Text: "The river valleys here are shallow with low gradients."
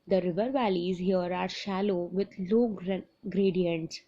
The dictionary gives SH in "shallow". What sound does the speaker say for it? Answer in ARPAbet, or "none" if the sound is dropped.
SH